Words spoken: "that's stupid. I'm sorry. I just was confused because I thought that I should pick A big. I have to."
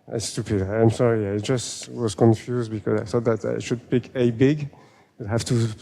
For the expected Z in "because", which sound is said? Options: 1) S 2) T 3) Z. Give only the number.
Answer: 3